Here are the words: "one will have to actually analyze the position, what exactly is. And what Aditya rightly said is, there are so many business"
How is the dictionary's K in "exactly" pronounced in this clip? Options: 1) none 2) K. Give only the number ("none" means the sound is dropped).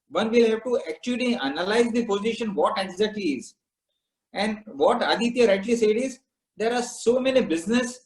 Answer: 1